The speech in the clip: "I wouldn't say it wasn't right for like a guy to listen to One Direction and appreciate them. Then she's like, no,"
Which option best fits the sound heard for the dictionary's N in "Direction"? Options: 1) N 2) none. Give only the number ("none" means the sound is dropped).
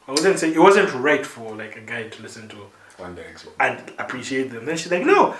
2